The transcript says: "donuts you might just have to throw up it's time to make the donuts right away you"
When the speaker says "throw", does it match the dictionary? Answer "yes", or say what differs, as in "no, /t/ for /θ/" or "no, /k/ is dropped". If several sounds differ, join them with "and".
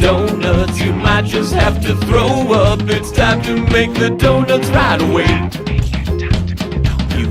yes